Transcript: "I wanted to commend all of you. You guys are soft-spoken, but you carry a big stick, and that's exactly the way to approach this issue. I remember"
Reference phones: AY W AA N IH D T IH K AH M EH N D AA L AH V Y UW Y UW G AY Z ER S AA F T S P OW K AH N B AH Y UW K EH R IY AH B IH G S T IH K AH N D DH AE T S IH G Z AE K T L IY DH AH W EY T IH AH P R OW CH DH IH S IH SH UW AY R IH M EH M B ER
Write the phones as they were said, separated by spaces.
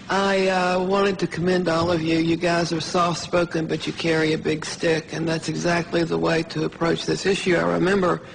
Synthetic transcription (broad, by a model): AY W AA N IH D T IH K AH M EH N D AA L AH V Y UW Y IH G AY Z ER S AA F T S P OW K AH N B AH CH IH K EH R IY AH B IH G S T IH K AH N DH AE T S IH G Z AE K T L IY DH AH W EY T IH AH P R OW CH DH IH S IH SH UW AY R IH M EH M B ER